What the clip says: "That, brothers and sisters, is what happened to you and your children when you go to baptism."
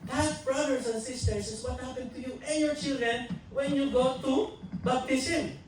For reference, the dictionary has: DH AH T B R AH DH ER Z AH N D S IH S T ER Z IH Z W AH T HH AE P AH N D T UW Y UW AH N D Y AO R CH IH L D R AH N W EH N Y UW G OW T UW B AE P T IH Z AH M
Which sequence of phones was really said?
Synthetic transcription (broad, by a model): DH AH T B R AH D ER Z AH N S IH S T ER S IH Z W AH T HH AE P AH N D T UW Y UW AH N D Y AO R CH IH L D R AH N W EH N Y UW G OW T UW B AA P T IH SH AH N